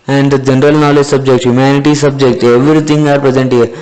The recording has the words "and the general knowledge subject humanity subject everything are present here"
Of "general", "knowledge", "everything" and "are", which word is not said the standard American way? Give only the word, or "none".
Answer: everything